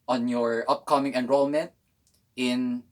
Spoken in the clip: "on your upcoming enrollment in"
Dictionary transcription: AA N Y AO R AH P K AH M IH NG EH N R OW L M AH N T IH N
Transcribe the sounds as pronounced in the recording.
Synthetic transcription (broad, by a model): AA N Y AO R AH P K AH M IH NG EH N R OW L M AH N T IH N